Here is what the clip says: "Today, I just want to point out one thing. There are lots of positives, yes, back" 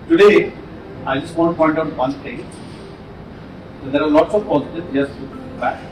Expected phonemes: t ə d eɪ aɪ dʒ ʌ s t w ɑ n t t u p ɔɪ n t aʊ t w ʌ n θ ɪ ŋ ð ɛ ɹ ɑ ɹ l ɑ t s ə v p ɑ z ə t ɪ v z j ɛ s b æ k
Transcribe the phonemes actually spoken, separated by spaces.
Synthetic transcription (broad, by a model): t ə d eɪ aɪ dʒ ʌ s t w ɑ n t t u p ɔɪ n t aʊ t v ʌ n t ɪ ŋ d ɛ ɹ ɑ ɹ l ɑ t s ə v p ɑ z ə t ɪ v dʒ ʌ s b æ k